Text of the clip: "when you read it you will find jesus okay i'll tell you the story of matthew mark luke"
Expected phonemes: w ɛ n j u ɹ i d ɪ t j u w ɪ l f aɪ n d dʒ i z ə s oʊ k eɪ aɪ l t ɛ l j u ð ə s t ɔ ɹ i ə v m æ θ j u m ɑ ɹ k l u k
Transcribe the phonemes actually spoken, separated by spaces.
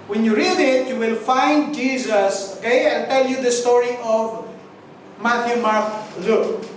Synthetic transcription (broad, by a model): w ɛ n j u ɹ i d ɪ t j u w ɪ l f aɪ n d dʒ i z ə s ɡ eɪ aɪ n t ɛ l j u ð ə s t ɔ ɹ i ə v m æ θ j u m ɑ ɹ k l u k